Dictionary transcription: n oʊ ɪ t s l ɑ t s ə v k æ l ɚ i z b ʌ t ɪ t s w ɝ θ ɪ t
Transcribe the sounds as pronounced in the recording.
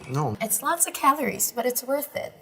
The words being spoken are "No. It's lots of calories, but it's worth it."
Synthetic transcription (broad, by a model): n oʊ ɪ t s l ɑ t s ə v k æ l ɚ i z b ʌ t ɪ t s w ɝ θ ɪ t